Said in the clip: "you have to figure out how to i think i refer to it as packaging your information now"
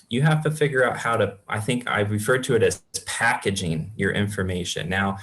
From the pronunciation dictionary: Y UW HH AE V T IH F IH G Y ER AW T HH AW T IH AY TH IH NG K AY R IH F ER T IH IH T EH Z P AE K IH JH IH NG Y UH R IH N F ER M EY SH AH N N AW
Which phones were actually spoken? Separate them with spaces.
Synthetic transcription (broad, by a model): Y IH HH AE F T IH F IH G Y ER AW T HH AW T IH AY TH IH NG K AY R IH F ER T IH IH T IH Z P AE K IH JH IH NG Y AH R IH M F ER M EY SH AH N N AW